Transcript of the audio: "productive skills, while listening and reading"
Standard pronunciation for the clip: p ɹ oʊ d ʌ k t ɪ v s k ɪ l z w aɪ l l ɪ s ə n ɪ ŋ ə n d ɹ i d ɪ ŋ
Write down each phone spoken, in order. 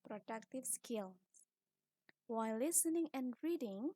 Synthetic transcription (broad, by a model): p ɹ oʊ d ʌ k t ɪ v s k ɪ l w aɪ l l ɪ s ə n ɪ ŋ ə n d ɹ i d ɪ ŋ